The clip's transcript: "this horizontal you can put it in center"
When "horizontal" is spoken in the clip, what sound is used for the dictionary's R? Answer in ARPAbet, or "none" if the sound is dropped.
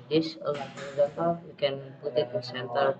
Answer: L